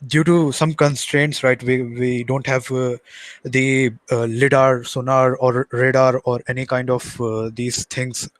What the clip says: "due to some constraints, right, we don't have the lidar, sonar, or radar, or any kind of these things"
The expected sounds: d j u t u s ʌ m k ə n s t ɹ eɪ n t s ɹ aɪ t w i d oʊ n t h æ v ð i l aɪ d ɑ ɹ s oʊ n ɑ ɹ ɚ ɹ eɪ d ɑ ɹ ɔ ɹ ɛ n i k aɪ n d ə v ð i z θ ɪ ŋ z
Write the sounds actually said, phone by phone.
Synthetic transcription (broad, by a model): d j u t u s ʌ m k ə n s t ɹ eɪ n t s ɹ aɪ t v i d oʊ n t h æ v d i l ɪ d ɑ ɹ s oʊ n ɑ ɹ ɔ ɹ eɪ d ɑ ɹ ɔ ɹ ɛ n i k aɪ n d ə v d i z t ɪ ŋ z